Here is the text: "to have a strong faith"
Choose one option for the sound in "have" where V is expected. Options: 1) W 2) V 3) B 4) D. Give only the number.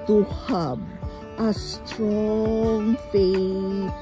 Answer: 3